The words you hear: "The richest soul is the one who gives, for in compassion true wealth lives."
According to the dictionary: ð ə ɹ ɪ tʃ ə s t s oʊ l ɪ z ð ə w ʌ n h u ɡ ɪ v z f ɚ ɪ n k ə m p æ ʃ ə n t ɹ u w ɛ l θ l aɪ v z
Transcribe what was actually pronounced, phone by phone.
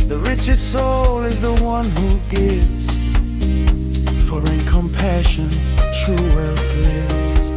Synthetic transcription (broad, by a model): ð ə ɹ ɪ tʃ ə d s oʊ l ɪ z ð ə w ʌ n h u ɡ ɪ v z f ɚ ɪ n k ə m p æ ʃ ə n t ɹ u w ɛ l f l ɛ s